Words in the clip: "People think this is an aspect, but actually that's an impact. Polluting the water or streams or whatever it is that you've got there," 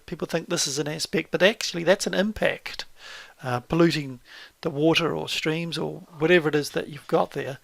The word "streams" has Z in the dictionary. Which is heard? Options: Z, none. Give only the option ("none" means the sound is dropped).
Z